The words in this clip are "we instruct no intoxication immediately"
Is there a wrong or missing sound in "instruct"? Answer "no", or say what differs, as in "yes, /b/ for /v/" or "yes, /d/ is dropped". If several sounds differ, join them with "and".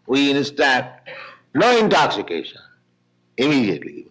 yes, /ɹ/ is dropped